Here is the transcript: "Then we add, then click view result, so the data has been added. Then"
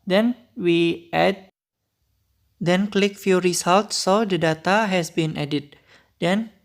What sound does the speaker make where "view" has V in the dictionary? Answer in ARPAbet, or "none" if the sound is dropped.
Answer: F